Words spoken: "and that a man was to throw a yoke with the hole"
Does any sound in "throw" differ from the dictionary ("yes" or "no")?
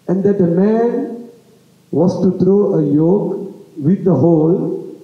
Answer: yes